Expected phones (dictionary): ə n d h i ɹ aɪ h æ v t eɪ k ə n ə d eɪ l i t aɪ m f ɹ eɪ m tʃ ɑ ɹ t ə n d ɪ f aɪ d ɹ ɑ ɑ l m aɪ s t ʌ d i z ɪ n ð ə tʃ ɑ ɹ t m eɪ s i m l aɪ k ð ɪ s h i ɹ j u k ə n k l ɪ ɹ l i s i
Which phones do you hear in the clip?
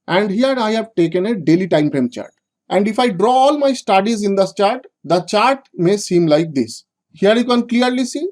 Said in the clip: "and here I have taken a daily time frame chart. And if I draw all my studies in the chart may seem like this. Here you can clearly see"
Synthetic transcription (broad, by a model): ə n d h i ɹ aɪ h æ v t eɪ k ə n ə d eɪ l i t aɪ m p ɹ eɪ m tʃ ɑ ɹ t ə n d ɪ f aɪ d ɹ ɑ ɑ l m aɪ s t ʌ d i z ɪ n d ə tʃ ɑ ɹ t m eɪ s i m l aɪ k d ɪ s h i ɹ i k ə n k l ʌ ɹ l i s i